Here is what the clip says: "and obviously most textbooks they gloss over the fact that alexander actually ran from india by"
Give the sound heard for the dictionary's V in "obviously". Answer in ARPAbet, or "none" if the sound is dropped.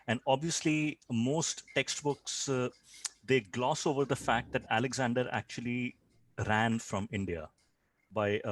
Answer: V